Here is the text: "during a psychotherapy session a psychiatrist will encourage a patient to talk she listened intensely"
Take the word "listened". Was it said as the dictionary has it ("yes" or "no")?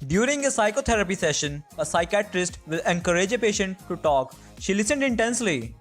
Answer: yes